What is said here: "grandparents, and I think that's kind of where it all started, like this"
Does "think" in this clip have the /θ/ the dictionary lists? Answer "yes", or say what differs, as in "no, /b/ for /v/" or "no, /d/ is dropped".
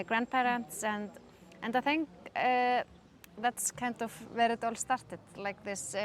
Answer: yes